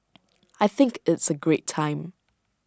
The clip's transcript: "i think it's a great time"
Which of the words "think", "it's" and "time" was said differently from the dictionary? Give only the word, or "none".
none